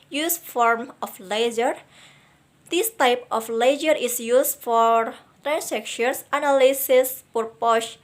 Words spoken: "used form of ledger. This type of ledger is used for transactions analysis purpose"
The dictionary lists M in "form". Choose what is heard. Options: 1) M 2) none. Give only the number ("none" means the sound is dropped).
1